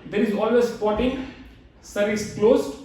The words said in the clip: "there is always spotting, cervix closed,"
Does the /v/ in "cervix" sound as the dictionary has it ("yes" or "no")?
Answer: no